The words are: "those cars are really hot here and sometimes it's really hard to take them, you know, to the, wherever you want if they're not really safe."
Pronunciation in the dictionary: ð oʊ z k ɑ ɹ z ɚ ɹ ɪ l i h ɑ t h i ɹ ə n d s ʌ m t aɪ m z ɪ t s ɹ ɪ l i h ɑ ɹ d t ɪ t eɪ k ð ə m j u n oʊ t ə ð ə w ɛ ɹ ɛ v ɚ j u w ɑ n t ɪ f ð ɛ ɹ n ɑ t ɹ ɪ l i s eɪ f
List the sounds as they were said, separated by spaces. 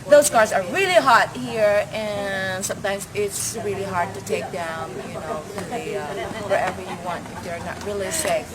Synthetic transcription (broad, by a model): ð oʊ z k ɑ ɹ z ɚ ɹ ɪ l i h ɑ t h i ɹ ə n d s ʌ m t aɪ m z ɪ t s ɹ ɪ l i h ɑ ɹ d t ɪ t eɪ k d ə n j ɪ n oʊ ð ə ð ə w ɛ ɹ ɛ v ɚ j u w ɑ n t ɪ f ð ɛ ɹ n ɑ t ɹ ɪ l i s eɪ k